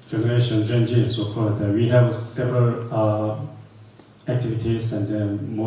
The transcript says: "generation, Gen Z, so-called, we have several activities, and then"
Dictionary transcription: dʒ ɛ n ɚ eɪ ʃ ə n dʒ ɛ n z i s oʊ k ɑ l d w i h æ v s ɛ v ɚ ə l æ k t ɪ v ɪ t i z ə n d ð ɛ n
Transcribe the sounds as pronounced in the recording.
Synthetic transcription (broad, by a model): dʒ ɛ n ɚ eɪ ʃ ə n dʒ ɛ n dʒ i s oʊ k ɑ d w i h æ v s ɛ v ɚ ə l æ k t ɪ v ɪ t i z ə n d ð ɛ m